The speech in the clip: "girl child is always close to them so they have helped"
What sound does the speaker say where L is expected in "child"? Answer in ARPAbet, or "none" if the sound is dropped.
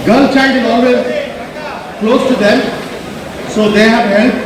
none